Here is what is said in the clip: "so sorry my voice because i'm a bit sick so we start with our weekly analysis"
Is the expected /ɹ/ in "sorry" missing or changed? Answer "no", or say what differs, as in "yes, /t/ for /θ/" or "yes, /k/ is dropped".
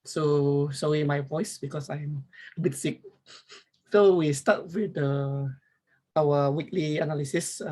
yes, /ɹ/ is dropped